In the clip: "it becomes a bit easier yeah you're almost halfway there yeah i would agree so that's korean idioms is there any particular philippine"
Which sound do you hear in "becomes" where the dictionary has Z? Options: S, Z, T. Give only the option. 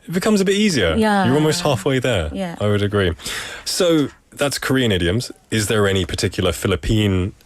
Z